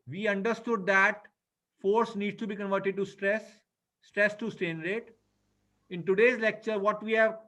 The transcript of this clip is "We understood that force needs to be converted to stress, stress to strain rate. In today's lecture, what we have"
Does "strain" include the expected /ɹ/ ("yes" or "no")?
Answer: no